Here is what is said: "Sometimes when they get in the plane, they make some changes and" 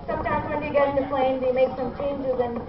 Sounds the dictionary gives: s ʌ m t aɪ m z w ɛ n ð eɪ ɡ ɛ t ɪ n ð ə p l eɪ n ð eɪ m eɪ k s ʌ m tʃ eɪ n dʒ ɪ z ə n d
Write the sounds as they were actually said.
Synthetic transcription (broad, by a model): s ʌ m t aɪ m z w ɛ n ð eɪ ɡ ɛ t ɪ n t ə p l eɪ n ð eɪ m eɪ k s ʌ m tʃ eɪ n dʒ ɪ z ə n